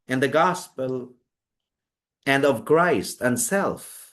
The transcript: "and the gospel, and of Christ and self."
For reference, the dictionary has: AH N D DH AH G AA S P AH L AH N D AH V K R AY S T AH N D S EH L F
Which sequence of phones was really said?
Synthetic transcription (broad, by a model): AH N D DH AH G AA S P AH L AH N D AH V K R AY S T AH N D S EH L F